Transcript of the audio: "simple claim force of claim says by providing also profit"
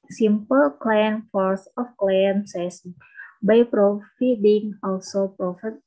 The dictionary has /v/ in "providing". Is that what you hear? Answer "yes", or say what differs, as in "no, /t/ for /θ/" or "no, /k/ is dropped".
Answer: no, /f/ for /v/